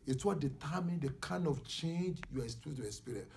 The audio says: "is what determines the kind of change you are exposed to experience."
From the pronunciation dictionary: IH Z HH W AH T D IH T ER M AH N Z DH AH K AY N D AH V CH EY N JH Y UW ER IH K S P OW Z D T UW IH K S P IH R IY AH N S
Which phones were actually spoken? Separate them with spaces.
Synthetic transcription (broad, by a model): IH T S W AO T D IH T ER M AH N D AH K AY N D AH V CH EY N JH Y UW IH S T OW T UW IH S P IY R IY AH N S